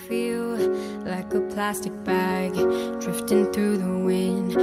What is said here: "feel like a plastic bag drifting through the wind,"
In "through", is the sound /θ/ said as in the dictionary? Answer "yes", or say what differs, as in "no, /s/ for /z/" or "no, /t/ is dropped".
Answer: yes